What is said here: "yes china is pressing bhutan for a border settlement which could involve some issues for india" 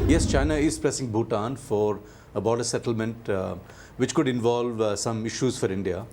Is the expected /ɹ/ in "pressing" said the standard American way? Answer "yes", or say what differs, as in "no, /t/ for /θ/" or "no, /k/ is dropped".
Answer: yes